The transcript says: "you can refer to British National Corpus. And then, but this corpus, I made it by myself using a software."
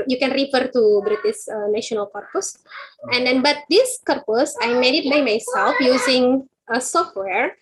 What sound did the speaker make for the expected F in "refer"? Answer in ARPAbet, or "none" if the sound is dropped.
F